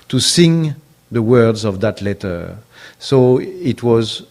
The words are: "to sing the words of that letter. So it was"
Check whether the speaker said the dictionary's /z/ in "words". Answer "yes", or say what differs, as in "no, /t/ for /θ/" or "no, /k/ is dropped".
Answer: yes